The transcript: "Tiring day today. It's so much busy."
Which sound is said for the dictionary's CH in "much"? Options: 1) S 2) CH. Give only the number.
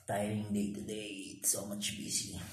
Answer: 2